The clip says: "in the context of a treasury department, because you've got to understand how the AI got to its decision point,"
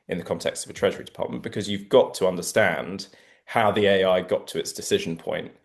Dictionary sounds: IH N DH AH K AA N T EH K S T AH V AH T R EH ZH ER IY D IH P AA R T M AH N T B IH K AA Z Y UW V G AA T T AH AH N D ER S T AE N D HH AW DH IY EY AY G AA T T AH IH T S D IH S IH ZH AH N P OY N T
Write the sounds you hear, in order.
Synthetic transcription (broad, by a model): IH N DH AH K AA N T EH K S T AH V AH T R EH ZH ER IY D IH P AA T M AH N B IH K AA Z Y UW V G AA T T AH AH N D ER S T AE N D HH AW DH IY EY AY G AA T T AH IH T S D IH S IH ZH AH N P OY N T